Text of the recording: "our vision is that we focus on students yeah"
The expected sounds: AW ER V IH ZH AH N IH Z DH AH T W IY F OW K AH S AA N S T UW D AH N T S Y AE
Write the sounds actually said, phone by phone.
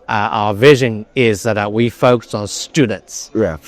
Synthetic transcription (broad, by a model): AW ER V IH ZH AH N IH Z DH AH T W IY F OW K AH S N S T UW D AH N T S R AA